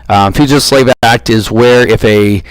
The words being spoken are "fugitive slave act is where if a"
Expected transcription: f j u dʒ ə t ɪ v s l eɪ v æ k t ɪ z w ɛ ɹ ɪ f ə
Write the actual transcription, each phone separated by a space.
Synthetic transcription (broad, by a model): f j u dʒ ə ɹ s l eɪ v æ k t ɪ z w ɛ ɹ ɪ f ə